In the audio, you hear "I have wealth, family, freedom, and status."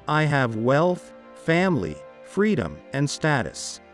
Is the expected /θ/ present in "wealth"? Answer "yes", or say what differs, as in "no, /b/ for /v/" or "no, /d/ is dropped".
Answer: yes